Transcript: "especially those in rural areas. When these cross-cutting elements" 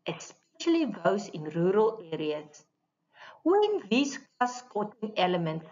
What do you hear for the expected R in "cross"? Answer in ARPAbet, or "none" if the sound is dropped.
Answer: none